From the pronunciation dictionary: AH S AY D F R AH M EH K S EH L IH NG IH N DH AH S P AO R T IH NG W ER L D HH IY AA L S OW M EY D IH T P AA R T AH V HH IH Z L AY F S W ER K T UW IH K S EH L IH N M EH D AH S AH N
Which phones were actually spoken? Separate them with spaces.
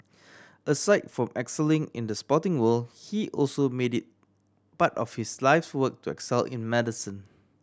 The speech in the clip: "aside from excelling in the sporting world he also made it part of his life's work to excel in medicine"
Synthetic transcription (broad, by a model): AH S AY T F R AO M EH K S EH L IH NG IH N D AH S P AO T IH NG W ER L HH IY AA L S OW M EY D IH T B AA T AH F HH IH S L AY F S W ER K T UW IH K S EH L IH N M EH D AH S AH N